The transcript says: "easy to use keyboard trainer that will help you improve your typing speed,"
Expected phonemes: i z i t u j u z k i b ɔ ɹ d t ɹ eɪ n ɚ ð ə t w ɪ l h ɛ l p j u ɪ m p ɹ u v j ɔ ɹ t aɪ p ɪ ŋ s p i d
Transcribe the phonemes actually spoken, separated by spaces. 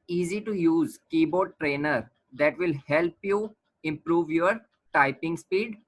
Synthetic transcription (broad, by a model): i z i t u j u z k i b ɔ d t ɹ eɪ n ɚ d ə t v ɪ l h ɛ l p j u ɪ m p ɹ u v j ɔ ɹ t aɪ p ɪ ŋ s p i d